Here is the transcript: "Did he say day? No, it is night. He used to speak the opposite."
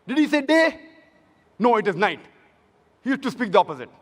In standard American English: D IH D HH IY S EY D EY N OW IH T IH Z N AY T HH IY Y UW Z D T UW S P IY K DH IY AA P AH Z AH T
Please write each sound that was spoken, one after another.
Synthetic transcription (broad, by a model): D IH D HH IY S EY D EY N OW IH T IH Z N AY T HH IY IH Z T UW S P IY K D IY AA P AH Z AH T